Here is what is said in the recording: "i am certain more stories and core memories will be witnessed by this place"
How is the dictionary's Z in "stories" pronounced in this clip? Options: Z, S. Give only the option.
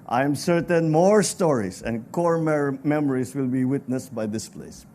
S